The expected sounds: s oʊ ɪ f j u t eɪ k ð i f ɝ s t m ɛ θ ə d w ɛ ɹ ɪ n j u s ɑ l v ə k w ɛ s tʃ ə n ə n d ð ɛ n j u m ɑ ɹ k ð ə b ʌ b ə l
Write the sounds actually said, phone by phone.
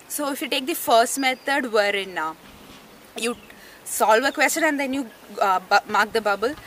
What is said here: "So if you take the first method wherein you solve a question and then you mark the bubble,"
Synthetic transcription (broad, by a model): s oʊ ɪ f j u t eɪ k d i f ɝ s t m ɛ t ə d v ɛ ɹ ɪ n j u s ɑ l v ə k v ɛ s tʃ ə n ə n d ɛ n j u m ɑ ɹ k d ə b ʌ b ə l